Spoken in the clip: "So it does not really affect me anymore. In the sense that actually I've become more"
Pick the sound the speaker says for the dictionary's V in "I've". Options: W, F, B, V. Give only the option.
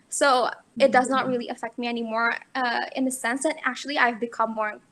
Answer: V